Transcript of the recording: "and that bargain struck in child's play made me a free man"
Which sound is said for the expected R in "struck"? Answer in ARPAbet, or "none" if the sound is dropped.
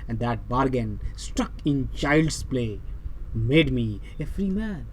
none